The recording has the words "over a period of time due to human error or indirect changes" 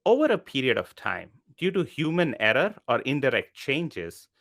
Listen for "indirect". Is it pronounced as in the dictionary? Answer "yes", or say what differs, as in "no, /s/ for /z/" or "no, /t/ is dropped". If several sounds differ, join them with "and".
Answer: yes